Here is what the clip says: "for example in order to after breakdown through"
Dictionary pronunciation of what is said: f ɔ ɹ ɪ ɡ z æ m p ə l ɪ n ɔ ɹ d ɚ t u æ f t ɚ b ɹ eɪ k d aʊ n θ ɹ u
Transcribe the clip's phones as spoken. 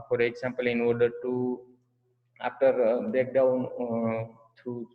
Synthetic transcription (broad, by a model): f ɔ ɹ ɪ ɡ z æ m p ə l ɪ n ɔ ɹ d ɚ t u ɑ f t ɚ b eɪ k d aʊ n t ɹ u